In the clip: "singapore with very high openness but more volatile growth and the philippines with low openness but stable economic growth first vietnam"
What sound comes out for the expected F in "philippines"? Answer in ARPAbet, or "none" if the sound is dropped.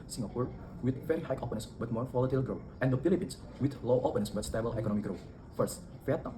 P